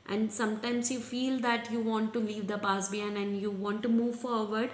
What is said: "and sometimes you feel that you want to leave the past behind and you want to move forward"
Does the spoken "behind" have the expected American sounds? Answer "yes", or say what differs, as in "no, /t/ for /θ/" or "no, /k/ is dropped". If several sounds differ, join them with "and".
no, /d/ is dropped